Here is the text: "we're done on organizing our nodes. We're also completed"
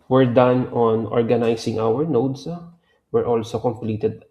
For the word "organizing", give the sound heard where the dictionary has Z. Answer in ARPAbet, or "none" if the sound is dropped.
S